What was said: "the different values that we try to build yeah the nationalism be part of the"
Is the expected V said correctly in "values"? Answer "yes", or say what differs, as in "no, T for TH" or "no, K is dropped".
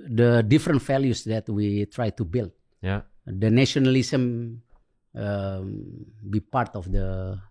no, F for V